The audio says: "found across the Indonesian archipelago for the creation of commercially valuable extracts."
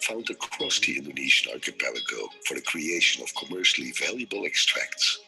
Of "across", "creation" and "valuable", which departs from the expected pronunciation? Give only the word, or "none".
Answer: none